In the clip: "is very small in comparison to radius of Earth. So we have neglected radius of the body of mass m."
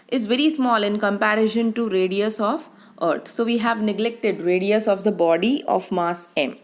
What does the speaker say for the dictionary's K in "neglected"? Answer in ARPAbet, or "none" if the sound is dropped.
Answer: K